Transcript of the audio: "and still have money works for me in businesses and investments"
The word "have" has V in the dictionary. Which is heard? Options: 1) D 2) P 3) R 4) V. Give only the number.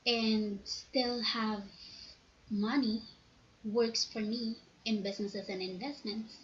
4